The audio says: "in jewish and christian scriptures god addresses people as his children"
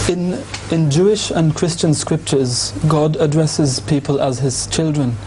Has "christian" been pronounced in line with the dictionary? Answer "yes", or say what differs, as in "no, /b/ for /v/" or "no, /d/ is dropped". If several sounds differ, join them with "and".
yes